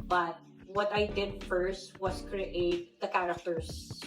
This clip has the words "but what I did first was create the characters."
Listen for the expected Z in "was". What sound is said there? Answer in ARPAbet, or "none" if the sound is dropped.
S